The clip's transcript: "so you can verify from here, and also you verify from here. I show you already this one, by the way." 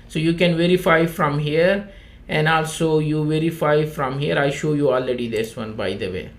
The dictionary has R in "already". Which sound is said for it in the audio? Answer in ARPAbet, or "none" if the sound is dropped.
R